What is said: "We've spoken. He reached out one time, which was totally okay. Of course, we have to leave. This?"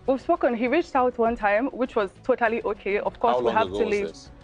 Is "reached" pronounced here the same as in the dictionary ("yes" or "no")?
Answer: yes